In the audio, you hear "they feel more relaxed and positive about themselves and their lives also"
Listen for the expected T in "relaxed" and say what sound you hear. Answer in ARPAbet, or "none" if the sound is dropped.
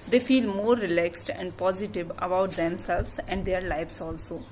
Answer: T